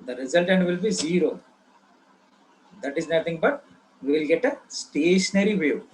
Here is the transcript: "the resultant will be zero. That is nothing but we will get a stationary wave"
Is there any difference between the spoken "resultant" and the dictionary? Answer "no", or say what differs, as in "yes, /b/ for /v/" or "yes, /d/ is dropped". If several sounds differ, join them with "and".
no